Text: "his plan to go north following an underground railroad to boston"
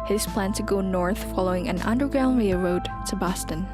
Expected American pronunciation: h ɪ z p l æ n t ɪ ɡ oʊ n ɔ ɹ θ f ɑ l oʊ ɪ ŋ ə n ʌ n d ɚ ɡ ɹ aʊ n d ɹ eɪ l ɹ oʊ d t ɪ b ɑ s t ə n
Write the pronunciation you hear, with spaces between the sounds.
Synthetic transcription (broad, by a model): h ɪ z p l æ n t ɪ ɡ oʊ n ɔ ɹ θ f ɑ l oʊ ɪ ŋ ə n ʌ n d ɚ ɡ ɹ aʊ n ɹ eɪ ɹ oʊ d t ɪ b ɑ s t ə n